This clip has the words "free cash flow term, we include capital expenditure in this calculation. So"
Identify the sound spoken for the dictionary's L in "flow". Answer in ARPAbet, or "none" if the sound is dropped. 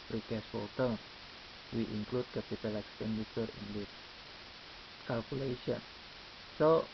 none